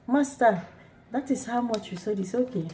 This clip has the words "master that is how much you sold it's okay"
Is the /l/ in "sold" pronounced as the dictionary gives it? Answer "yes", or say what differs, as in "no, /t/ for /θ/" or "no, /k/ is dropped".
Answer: no, /l/ is dropped